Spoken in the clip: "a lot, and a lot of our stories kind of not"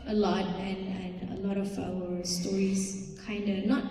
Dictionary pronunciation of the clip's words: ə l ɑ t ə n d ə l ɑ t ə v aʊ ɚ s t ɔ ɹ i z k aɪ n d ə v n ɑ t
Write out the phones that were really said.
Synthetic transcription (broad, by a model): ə l ɑ t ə n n ə l ɑ t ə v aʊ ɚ s t ɔ ɹ i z k aɪ n d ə n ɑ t